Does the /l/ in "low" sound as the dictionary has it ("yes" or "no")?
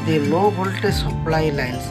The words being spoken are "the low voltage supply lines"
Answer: no